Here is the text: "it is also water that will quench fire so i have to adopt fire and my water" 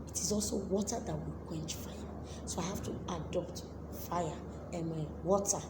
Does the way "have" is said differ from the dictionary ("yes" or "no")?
yes